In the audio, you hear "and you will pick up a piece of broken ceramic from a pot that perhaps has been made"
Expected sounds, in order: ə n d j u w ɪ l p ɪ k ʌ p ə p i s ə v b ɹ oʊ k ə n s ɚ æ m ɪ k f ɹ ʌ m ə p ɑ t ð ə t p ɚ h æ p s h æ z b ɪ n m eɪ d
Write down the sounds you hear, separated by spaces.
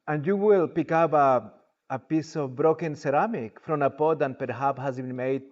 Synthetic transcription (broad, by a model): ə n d j u w ɪ l p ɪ k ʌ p ə p i s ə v b ɹ oʊ k ə n s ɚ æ m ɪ k f ɹ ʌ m ə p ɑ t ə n p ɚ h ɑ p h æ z b ɪ n m eɪ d